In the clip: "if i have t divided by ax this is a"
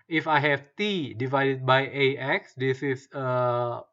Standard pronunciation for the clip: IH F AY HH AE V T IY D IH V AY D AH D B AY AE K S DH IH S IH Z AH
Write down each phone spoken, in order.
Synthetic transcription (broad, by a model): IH F AY HH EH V T IY D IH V AY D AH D B AY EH K S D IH S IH S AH